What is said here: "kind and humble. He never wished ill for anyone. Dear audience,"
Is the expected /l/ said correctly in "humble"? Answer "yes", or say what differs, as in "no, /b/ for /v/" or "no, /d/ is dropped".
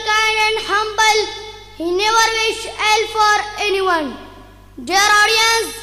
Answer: yes